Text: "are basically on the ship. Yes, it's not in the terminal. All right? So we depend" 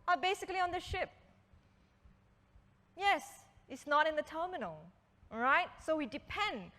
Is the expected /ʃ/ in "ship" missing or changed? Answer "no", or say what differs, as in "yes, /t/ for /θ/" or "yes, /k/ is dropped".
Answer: no